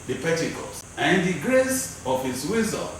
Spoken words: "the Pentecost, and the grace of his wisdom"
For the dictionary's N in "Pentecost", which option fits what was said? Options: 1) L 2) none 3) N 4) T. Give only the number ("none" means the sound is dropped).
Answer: 2